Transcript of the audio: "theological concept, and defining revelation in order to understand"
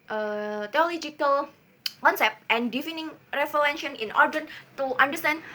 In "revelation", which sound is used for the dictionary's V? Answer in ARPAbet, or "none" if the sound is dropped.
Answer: F